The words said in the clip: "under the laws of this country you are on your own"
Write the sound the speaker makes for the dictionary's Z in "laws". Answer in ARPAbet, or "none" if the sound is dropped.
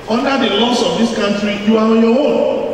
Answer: S